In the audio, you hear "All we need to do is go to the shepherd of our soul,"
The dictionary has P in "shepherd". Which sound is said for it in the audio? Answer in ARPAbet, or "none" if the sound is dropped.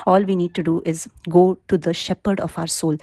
P